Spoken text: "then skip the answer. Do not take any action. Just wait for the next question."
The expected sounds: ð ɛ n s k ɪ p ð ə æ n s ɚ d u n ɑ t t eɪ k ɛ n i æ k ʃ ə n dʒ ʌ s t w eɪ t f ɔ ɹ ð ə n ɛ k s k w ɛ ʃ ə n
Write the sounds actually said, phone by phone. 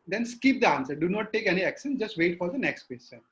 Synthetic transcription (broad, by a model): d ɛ n s k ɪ p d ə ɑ n s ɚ d u n ɑ t t eɪ k ɛ n i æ k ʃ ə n dʒ ʌ s t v eɪ t f ɔ ɹ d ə n ɛ k s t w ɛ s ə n